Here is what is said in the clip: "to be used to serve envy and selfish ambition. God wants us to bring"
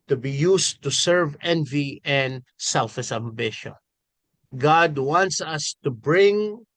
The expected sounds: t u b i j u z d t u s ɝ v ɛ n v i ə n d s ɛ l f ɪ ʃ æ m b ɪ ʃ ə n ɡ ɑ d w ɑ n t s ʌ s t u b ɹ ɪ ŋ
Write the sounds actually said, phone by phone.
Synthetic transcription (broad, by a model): t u b i j u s t u s ɝ v ɛ n v i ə n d s ɛ l f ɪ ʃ æ m b ɪ ʃ ə n ɡ ɑ d w ɑ n t s ʌ s t u b ɹ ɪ ŋ